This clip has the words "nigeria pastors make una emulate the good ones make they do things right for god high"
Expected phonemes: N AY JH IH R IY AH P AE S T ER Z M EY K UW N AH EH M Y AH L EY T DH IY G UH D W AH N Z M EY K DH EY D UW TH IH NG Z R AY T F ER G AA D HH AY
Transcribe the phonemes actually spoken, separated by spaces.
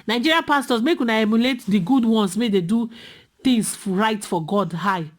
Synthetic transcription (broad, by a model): N AY JH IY R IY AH P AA S T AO S M EY K UW N AH EH M Y AH L EY T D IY G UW D W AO N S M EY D EY D UW T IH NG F R AY T F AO G AA D HH AY